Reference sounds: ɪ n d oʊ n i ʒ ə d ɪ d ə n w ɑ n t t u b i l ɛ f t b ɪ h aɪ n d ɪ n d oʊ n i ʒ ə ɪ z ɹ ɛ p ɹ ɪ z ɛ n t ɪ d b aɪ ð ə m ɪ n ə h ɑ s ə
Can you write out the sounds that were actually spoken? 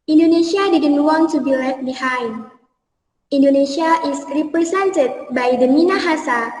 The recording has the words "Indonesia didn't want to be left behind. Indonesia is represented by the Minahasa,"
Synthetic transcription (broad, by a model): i n d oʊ n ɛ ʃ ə d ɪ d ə n w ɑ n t t u b i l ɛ t b ɪ h aɪ n d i n d oʊ n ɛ ʃ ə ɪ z ɹ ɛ p ɹ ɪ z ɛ n t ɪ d b aɪ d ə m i n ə h ɑ s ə